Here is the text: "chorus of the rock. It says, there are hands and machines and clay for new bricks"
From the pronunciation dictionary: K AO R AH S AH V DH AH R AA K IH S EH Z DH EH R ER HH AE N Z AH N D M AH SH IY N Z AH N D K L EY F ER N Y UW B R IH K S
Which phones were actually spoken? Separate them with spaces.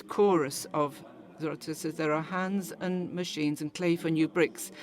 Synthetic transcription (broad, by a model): K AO R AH S AH V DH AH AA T IH S EH Z DH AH R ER HH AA N Z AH N M AH SH IY N Z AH N K L EY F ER N Y UW B R IH K S